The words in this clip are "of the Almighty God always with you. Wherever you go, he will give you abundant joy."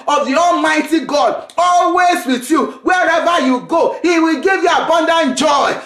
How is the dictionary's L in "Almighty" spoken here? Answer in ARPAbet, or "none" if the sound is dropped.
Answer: L